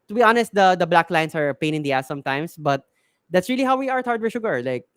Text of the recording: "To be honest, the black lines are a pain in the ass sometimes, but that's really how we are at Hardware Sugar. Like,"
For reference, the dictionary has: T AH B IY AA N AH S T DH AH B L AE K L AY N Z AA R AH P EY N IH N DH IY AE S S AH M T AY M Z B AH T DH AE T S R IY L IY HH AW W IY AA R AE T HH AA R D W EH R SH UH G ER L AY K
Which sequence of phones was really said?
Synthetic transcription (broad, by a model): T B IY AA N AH S T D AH B L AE K L AY N S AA R P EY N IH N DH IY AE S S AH M T AY M S B AH T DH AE T S R IY L IY HH AW W IY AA R T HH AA R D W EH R SH UH G ER L AY K